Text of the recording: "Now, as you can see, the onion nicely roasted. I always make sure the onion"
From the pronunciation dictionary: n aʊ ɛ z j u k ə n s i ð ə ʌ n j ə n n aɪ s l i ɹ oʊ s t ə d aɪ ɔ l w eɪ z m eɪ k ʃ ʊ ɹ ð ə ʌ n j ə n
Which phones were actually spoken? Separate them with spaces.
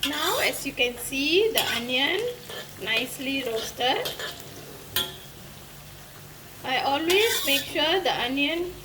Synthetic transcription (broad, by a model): n aʊ ɛ s j u k ə n s i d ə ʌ n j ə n n aɪ s l i ɹ oʊ s t ə d aɪ ɔ l w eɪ s m eɪ k ʃ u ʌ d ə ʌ n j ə n